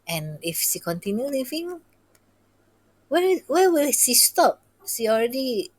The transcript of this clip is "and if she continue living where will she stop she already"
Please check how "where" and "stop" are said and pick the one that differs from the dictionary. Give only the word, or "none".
where